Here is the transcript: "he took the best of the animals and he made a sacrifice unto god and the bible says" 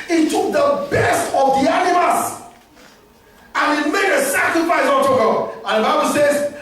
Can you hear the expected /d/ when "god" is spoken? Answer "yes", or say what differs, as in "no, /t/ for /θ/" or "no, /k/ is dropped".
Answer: no, /d/ is dropped